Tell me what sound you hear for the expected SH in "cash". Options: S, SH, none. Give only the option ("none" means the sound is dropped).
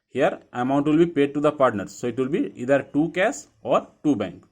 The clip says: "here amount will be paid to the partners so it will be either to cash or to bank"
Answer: S